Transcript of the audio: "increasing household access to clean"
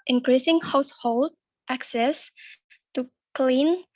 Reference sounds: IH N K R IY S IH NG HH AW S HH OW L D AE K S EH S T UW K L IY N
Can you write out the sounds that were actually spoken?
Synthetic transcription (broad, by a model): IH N K R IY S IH NG HH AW S HH OW L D AE K S EH S T UW K L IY N